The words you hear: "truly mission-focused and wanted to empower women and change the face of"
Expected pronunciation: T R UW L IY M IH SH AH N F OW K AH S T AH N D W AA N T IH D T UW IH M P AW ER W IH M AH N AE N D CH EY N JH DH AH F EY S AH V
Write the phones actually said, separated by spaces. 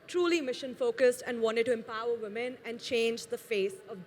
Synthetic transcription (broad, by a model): T R UW L IY M IH SH AH N F OW K AH S T AH N D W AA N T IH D T UW IH M P AW ER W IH M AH N AE N D CH EY N JH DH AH F EY S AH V